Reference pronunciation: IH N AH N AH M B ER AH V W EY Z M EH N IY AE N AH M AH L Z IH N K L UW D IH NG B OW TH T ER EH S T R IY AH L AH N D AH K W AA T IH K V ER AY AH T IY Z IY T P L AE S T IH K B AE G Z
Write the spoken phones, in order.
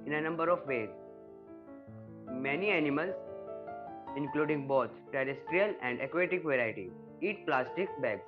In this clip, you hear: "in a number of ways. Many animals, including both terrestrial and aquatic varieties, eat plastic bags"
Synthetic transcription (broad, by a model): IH N AH N AH M B ER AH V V EY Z M EH N IY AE N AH M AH L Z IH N K L UW D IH NG B OW T T ER EH S T R IY AH L AH N D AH K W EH T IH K V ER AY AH T IY IY T P L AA S T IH K B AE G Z